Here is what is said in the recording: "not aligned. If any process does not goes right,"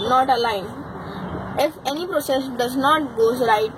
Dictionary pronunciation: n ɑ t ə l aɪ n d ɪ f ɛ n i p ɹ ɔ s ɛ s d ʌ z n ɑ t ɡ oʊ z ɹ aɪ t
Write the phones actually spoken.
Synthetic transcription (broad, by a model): n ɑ t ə l aɪ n ɪ f ɛ n i p ɹ ɔ s ɛ s d ʌ z n ɑ t ɡ oʊ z ɹ aɪ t